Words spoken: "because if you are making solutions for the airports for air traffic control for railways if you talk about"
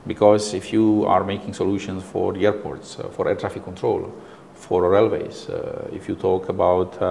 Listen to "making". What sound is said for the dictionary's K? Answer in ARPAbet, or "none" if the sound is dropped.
K